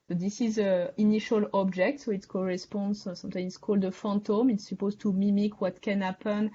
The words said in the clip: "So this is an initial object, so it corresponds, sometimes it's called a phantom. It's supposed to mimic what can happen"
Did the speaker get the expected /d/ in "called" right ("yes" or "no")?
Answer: yes